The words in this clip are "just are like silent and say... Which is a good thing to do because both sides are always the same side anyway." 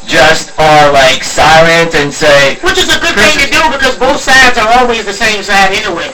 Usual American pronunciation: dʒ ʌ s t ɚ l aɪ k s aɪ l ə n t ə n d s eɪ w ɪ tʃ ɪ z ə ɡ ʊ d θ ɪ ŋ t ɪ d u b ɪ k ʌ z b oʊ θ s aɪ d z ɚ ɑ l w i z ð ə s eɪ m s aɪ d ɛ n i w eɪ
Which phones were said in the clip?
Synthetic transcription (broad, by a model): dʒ ʌ s t ɚ l aɪ k s aɪ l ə n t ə n s eɪ w ɪ tʃ ɪ z ə ɡ ʊ d θ ɪ ŋ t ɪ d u b ɪ k ʌ z b oʊ θ s aɪ d z ɚ ɑ l w i z ð ə s eɪ m s aɪ d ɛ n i w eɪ